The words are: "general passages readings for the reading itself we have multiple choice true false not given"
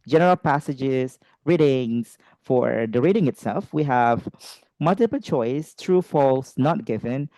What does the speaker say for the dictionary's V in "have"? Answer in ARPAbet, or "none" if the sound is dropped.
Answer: V